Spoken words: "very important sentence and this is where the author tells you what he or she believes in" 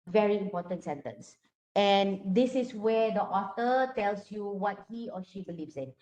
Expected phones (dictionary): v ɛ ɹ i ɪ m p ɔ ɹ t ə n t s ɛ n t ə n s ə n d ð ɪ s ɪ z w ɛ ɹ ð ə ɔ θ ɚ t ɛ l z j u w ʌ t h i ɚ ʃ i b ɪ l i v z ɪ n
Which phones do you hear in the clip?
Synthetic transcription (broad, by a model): v ɛ ɹ i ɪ m p ɔ t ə n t s ɛ n t ə n s ə n d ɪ s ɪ s w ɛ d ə ɔ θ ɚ t ɛ l s j u w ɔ t h i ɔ ʃ i b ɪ l i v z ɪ n